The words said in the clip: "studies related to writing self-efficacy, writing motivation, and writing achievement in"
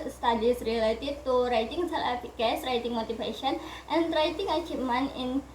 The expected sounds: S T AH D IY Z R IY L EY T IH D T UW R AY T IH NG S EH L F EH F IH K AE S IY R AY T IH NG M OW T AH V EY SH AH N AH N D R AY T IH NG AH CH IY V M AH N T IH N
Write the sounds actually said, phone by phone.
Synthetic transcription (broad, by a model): S T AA D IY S R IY L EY T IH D T UW R AY T IH NG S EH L EH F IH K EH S R AY T IH NG M OW T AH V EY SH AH N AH N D R AY T IH NG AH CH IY M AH N IH N